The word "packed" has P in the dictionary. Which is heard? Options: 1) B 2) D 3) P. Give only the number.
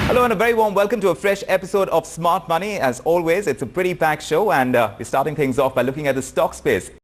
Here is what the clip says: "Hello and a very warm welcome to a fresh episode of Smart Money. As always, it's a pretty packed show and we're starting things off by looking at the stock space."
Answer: 1